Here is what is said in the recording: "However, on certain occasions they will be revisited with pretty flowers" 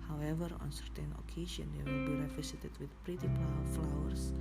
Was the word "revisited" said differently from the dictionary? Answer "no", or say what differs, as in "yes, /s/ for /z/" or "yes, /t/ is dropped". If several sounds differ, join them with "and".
yes, /f/ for /v/ and /s/ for /z/